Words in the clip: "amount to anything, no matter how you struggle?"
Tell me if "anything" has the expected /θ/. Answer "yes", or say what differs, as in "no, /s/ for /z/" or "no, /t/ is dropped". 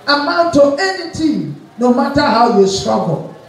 no, /t/ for /θ/